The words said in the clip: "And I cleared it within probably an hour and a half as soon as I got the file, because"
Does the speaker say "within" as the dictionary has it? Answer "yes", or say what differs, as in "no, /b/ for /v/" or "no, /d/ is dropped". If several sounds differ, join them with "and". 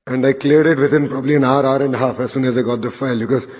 no, /t/ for /θ/